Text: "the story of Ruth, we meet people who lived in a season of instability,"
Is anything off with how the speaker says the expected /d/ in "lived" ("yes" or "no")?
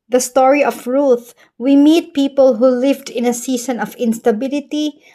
no